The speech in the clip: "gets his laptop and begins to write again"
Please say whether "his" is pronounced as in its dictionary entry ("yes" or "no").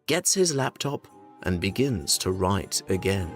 yes